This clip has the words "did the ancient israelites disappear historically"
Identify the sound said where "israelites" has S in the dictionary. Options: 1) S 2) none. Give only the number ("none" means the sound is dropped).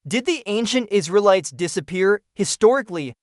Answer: 1